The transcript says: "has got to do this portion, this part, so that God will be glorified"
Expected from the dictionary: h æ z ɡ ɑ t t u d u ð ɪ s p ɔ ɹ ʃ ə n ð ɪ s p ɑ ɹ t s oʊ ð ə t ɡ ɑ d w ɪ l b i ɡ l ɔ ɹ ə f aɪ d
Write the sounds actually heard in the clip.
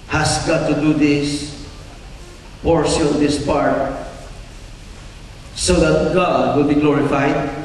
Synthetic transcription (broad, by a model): h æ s ɡ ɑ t t u d u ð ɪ s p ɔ ɹ s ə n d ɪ s p ɑ ɹ t s oʊ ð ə t ɡ ɑ d w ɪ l b i ɡ l ɔ ɹ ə f aɪ d